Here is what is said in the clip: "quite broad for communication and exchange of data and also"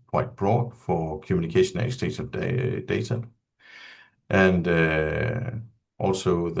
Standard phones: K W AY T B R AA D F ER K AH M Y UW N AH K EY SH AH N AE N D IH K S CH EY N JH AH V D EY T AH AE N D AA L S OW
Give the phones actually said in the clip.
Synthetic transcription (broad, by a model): K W AY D B R AA D F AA K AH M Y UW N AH K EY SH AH N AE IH S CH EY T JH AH B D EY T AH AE N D AA L S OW